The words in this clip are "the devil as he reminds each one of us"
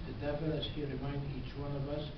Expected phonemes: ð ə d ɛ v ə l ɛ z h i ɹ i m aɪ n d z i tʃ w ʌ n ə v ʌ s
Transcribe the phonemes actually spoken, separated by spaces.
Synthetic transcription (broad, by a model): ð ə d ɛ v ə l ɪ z h i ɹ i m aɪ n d i tʃ w ʌ n ə v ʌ s